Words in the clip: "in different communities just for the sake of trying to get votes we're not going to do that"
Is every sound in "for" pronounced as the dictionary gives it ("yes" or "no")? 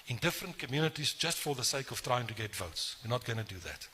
yes